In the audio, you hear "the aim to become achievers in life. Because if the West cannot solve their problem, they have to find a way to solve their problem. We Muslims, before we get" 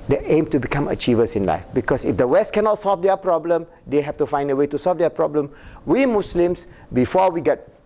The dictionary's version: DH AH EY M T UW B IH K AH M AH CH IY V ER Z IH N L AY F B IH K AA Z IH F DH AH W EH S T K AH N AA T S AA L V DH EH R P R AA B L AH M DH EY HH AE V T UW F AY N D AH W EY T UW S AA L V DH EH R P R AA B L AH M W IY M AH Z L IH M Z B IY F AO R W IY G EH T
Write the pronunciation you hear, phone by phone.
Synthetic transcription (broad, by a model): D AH EY M T UW B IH K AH M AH CH IY V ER S IH N L AY F B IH K AA S IH F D AH W EH S T K AH N AA T S AA L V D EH P R AA B L AH M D EY HH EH F T UW F AY N D AH W EY T UW S AA L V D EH P R AA B L AH M W IY M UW S L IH M S B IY F AO W IY G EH T